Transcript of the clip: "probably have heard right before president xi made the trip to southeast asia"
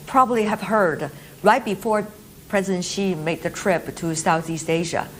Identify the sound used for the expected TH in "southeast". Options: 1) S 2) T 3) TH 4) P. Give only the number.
3